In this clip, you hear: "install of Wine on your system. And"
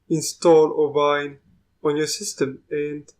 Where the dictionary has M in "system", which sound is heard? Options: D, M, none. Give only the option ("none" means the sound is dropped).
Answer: M